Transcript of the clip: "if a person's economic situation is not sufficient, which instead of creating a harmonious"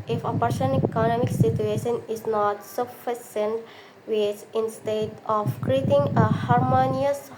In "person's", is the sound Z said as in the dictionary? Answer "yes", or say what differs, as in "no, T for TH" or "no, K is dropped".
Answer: no, Z is dropped